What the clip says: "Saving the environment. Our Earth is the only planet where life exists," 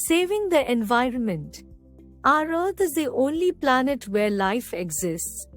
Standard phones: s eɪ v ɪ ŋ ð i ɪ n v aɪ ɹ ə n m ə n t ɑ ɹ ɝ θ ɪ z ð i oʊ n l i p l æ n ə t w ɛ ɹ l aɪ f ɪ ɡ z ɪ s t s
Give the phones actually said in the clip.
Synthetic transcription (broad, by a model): s eɪ v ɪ ŋ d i ɪ n v aɪ ɹ ə n m ə n t ɑ ɹ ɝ t ɪ z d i oʊ n l i p l æ n ə t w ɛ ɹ l aɪ f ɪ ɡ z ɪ s t s